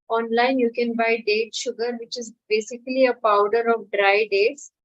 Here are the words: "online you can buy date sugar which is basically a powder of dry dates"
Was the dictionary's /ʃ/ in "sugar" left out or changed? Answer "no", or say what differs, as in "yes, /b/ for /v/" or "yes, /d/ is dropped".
no